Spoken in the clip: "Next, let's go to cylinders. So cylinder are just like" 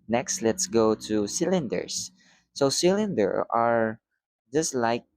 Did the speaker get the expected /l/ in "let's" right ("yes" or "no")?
yes